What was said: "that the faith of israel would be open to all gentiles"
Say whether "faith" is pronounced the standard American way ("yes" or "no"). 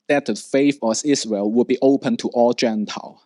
no